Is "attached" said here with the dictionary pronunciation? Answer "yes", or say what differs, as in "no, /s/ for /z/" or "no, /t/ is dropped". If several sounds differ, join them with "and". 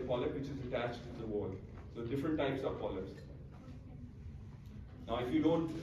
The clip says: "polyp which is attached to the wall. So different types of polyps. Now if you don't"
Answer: yes